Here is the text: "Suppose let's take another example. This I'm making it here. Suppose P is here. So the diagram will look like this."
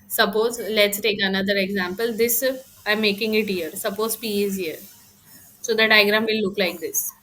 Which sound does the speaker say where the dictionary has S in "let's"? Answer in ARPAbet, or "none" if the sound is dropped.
S